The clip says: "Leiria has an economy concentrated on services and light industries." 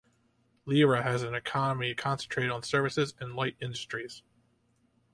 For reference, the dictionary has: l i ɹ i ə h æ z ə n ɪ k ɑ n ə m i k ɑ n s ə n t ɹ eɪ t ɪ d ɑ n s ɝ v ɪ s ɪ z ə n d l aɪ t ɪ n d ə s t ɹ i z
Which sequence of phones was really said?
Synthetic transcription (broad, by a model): l i ɹ i ə z ə n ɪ k ɑ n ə m i k ɑ n s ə n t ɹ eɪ t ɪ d n s ɝ v ɪ s ɪ z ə n l aɪ t ɪ n d ə s t ɹ i z